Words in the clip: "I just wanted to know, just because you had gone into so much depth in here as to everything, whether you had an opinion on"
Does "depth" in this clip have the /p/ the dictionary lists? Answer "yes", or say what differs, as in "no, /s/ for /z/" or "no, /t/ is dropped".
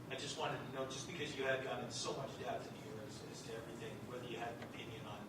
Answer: no, /p/ is dropped